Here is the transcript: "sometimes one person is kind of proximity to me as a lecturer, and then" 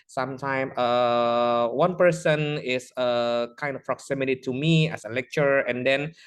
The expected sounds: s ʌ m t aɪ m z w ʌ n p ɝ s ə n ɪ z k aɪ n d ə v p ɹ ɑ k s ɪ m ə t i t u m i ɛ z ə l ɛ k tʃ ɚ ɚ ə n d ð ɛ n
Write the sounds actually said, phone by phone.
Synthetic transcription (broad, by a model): s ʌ m t aɪ m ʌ w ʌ n p ɝ s ə n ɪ s k aɪ n d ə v p ɹ ɑ k s ɪ m ə t i t u m i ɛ s ə l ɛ k tʃ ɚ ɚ ə n d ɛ n